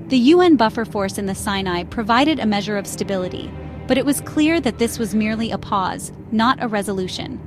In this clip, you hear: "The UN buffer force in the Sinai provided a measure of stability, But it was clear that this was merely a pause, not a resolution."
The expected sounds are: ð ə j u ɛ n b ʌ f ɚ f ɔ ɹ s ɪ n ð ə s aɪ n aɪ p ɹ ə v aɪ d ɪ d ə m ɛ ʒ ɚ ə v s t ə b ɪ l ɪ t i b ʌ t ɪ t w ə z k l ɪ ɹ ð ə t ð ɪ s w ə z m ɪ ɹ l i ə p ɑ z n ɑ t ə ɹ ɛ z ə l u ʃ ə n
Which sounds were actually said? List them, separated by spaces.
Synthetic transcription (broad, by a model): ð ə j u ɛ n b ʌ f ɚ f ɔ ɹ s ɪ n ð ə s aɪ n aɪ p ɹ ə v aɪ d ɪ d ə m ɛ ʒ ɚ ə v s t ə b ɪ l ɪ t i b ʌ t ɪ t w ə z k l ɪ ɹ ð ə t ð ɪ s w ə z m ɪ ɹ l i ə p ɑ z n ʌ t ə ɹ ɛ z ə l u ʃ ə n